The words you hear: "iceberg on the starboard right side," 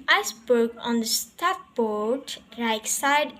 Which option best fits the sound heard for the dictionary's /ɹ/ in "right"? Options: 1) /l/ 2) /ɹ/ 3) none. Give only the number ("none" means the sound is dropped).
1